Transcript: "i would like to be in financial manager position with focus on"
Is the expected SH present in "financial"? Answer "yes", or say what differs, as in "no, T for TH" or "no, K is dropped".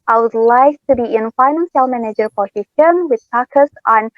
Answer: no, S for SH